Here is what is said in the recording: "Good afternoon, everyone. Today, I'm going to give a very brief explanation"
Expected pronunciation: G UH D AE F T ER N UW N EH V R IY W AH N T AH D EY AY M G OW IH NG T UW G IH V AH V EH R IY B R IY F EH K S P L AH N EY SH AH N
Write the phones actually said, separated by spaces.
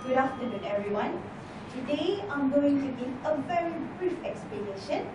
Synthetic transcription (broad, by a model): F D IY F T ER N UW N EH V R IY W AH N T AH D EY AY M G OW IH NG T UW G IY AH V EH R IY B R IY F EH K S P L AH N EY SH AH N